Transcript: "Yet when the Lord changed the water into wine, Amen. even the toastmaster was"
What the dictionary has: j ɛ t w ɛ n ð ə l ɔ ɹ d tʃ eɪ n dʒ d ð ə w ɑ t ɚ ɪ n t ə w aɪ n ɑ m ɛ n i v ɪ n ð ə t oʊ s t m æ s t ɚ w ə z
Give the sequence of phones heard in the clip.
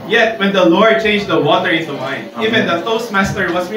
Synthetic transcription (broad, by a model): j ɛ t w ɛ n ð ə l ɔ ɹ d tʃ eɪ n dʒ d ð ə w ɑ t ɚ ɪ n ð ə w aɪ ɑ ɪ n i v ɪ n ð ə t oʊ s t m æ s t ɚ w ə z